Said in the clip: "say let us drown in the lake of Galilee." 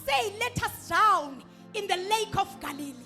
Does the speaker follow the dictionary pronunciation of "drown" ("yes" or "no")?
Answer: no